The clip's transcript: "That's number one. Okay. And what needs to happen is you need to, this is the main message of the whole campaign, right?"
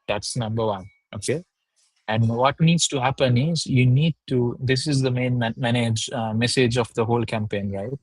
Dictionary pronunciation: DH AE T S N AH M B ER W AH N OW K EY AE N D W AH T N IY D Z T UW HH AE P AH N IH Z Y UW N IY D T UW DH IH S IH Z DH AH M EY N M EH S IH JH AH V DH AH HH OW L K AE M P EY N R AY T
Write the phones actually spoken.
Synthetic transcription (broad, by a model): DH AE T S N AH M B ER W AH N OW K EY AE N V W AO T N IY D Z T UW HH AE P AH N IH Z Y UW N IY D T UW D IH S IH Z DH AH M EY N M EH S IH JH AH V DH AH HH OW L K AE M P EY N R AY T